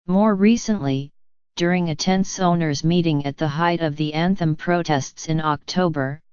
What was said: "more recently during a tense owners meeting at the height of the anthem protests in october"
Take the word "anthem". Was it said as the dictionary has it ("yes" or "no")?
yes